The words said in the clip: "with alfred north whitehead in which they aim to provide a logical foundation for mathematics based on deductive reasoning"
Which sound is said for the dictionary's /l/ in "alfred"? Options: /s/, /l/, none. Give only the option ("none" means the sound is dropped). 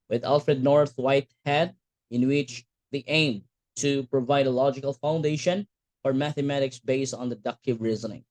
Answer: /l/